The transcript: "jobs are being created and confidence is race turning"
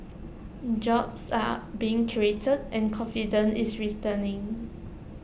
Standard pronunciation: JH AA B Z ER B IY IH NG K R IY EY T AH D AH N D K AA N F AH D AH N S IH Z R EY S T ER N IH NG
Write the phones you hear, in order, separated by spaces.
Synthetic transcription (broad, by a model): JH AA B S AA B IY IH NG K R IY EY T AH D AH N K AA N F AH D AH N IH S R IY T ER N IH NG